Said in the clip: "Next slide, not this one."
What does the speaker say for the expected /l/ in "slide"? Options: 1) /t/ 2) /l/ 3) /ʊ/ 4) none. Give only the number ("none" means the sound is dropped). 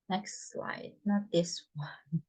2